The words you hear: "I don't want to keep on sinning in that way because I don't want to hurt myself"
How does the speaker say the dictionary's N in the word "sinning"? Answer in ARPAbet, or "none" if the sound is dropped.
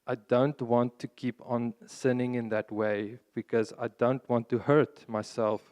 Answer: N